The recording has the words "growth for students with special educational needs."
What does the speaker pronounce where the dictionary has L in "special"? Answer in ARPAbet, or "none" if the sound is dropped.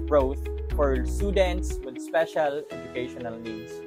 L